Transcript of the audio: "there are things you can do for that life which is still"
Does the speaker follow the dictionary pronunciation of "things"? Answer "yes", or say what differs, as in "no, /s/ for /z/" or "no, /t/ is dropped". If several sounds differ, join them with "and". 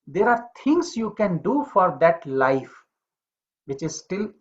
no, /t/ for /θ/